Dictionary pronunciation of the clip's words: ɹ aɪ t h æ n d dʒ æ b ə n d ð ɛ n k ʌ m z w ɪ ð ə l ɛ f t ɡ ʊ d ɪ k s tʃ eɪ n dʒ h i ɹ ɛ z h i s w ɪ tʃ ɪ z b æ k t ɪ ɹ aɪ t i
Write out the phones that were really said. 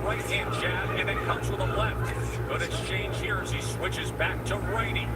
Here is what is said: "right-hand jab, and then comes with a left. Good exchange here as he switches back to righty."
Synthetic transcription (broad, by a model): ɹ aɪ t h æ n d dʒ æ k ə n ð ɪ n k ʌ m z w ɪ ð ə l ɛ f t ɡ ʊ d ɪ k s tʃ eɪ n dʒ h i ɹ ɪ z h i s w ɪ tʃ ɪ z b æ k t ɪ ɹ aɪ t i